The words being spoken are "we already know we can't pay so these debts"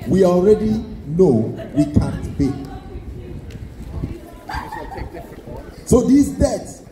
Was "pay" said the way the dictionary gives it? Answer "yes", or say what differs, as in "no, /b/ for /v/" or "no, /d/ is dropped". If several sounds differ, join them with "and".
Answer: no, /b/ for /p/